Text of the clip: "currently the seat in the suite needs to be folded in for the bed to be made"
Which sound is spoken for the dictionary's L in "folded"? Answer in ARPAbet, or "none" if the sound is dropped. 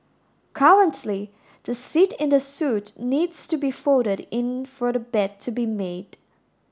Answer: none